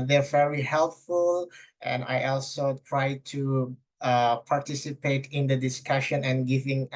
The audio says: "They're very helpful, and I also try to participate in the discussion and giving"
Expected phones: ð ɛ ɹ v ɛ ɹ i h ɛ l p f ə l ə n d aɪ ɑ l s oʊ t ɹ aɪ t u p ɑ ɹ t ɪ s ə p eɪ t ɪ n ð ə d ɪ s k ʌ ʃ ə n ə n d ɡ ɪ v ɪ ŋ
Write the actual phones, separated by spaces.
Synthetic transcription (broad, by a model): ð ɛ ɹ v ɛ ɹ i h ɛ l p f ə l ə n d aɪ ɑ l s oʊ t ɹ aɪ t u p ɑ ɹ t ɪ s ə p eɪ t ɪ n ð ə d ɪ s k ʌ ʃ ə n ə n ɡ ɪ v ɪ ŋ